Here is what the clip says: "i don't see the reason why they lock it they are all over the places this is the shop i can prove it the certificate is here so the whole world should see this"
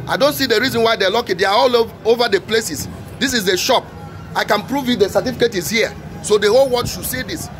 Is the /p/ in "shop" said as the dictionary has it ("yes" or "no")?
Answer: yes